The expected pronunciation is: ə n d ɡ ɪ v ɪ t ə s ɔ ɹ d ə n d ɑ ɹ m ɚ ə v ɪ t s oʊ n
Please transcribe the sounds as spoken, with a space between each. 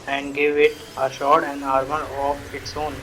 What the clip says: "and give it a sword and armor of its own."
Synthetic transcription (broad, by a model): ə n d ɡ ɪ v ɪ t ə ʃ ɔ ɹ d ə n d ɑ ɹ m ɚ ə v ɪ t s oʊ n